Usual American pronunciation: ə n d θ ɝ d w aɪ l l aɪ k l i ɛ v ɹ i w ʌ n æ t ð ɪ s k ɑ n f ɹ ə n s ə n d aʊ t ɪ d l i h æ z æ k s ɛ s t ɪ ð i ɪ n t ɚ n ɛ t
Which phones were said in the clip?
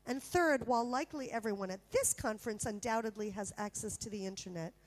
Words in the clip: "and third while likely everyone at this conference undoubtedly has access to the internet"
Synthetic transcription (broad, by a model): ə n θ ɝ d w aɪ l l aɪ k l i ɛ v ɹ i w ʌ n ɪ t ð ɪ s k ɑ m f ɹ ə n s ə n d aʊ t ɪ d l i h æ z æ k s ɛ s t ɪ ð i ɪ n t ɚ n ɛ t